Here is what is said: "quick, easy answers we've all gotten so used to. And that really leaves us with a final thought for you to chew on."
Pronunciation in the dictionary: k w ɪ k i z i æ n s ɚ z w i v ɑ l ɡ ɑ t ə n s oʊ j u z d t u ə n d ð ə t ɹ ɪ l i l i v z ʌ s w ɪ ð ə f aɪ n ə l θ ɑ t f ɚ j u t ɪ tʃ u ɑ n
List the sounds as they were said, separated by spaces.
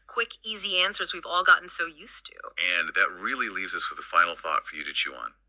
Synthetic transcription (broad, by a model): k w ɪ k i z i æ n s ɚ z w i v ɑ l ɡ ɑ t n s oʊ j u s t u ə n ð ə t ɹ ɪ l i l i v z ʌ s w ɪ ð ə f aɪ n l θ ɑ t f ɚ j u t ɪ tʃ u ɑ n